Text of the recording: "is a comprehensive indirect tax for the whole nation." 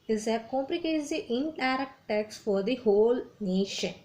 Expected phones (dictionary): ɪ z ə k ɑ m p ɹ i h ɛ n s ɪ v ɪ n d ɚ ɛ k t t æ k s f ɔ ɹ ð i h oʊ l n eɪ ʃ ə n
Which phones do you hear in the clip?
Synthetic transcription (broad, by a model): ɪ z ə k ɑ m p l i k ɛ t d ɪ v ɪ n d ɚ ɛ k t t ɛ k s f ɔ ɹ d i h oʊ l n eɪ ʃ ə n